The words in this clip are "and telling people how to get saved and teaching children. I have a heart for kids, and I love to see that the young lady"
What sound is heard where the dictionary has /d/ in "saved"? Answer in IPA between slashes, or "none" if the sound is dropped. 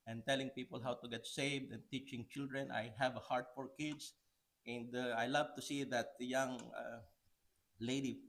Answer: /d/